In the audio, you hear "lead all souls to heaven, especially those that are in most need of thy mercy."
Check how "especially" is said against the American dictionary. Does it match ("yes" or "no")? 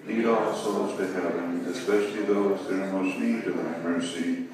yes